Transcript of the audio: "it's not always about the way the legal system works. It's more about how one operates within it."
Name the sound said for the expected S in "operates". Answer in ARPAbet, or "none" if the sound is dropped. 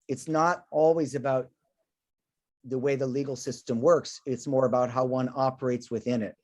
S